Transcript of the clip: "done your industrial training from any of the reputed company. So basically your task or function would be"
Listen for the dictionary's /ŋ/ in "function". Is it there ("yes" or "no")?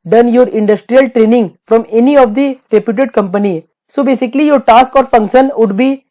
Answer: yes